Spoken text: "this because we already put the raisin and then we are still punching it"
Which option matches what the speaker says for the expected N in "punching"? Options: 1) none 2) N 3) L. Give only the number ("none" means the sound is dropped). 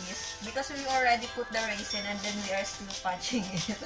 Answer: 1